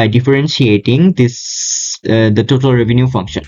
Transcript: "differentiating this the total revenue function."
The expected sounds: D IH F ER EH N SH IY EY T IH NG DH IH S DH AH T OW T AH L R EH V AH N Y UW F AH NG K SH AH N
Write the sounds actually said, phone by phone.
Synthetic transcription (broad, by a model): D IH F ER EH N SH IY EY T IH NG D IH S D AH T OW T AH L R EH V AH N Y UW F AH NG K SH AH N